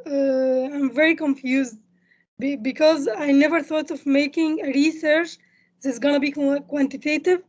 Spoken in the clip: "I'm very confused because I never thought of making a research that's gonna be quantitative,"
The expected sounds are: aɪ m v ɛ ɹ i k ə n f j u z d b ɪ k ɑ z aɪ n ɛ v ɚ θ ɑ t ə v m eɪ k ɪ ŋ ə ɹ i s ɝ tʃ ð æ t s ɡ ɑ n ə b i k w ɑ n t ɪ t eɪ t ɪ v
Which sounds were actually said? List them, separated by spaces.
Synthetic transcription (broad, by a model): aɪ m v ɛ ɹ i k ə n f j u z d b ɪ k ɑ z aɪ n ɛ v ɚ θ ɑ t ə v m eɪ k ɪ ŋ ə ɹ i s ɝ tʃ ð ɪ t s ɡ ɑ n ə b i k w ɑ n t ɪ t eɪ t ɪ v